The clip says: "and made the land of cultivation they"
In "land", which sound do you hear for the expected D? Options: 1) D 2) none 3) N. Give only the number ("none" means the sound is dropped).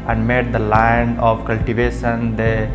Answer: 2